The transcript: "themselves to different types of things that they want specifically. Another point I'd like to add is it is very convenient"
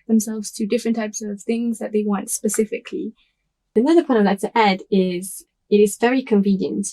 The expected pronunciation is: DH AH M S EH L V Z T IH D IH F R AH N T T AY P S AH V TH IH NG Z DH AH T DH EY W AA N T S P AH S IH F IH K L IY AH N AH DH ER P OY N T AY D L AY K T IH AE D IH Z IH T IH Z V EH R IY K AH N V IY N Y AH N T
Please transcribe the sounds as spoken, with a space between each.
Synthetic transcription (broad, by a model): DH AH M S EH L V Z T IH D IH F R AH N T T AY P S AH V TH IH NG Z DH AH T DH EY W AA N T S P AH S IH F IH K L IY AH N AH DH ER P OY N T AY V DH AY T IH AE D IH Z IH T IH Z V EH R IY K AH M V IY N Y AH N T